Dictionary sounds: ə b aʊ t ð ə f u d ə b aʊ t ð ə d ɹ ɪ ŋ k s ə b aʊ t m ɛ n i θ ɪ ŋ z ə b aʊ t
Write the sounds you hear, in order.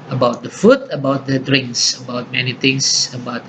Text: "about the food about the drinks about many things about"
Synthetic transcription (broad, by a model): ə b aʊ t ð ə f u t ə b aʊ t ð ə d ɹ ɪ ŋ k s ə b aʊ t m ɛ n i t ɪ ŋ s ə b aʊ t